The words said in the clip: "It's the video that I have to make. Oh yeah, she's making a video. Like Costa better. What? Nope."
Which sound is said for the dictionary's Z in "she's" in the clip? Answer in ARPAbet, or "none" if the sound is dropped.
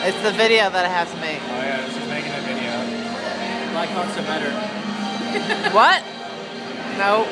S